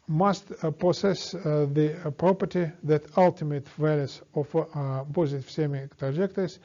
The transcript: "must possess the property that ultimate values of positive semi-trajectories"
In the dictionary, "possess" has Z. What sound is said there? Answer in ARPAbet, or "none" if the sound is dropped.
S